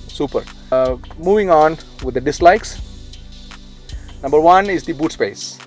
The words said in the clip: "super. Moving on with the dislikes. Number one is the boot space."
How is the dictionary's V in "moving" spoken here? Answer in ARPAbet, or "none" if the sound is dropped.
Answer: V